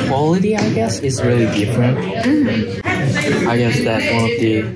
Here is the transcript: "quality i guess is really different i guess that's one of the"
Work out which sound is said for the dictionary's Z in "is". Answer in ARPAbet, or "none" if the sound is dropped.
Z